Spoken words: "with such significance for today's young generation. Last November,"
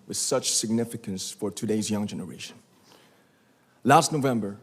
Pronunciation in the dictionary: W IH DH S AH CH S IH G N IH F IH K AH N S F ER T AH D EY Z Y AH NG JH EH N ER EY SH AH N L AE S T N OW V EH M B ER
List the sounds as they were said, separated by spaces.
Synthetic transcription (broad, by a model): W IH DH S AH CH S IH G N IH F IH K AH N S F ER T AH D EY Z Y AH NG JH EH N ER EY SH AH N L AE S T N OW V EH M B ER